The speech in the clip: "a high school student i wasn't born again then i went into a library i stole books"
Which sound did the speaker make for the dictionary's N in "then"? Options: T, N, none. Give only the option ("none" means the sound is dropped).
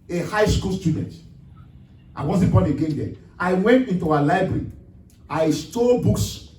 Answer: none